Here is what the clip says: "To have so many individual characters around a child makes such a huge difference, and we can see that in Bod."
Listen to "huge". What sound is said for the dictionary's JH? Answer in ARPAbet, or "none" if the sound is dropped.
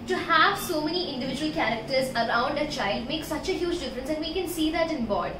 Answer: JH